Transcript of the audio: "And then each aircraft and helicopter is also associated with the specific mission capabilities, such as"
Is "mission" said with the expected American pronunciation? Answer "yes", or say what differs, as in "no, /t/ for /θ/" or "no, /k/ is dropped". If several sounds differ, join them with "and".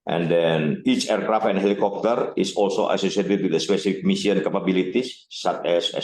no, /s/ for /ʃ/